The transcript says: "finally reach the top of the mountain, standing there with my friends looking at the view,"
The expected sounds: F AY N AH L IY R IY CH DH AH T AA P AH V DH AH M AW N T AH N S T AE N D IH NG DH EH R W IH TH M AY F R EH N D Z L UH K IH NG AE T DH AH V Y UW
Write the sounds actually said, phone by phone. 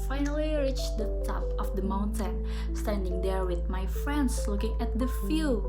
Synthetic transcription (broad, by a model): F AY N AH L IY R IY CH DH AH T AA P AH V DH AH M AW N T AH N S T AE N D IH NG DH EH R W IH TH M AY F R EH N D S L UH K IH NG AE T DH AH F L